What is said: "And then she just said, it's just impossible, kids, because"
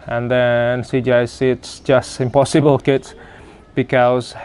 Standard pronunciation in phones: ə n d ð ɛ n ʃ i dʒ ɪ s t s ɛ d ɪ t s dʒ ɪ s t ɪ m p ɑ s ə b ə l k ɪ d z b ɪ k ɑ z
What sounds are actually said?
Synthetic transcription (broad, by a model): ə n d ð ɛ n s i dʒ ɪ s s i ɪ t s dʒ ɪ s t ɪ m p ɑ s ə b ə l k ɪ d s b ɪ k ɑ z